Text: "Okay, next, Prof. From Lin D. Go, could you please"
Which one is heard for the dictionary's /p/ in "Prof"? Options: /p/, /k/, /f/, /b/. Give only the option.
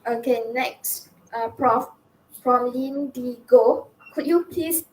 /p/